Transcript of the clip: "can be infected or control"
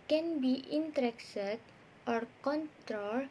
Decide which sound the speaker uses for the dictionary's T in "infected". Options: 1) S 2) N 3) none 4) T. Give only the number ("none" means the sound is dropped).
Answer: 1